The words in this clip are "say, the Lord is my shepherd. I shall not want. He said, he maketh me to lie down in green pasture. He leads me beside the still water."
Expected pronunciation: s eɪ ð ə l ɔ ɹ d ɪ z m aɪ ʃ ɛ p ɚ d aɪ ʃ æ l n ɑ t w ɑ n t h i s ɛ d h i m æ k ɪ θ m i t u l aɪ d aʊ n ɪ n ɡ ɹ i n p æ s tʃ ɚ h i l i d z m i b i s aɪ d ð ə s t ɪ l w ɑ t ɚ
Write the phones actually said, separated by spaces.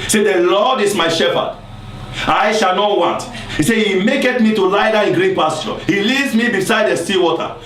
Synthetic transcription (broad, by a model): s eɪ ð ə l ɔ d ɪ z m aɪ ʃ ɛ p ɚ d aɪ ʃ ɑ l n ɑ t w ɑ n t h i s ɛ h i m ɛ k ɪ t m i t u l aɪ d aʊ ɪ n ɡ ɹ i n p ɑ s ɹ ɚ h i l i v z m i b i s aɪ d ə s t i w ɑ t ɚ